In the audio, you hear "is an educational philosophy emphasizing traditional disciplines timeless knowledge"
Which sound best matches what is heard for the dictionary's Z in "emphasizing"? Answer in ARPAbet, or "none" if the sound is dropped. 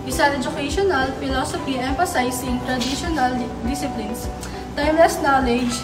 S